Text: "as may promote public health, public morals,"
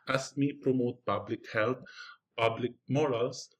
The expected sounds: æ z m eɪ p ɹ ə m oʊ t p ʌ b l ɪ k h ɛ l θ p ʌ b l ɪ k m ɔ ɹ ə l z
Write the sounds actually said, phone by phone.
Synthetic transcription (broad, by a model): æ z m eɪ p ɹ ə m oʊ t p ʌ b l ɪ k h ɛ l t p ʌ b l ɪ k m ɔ ɹ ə l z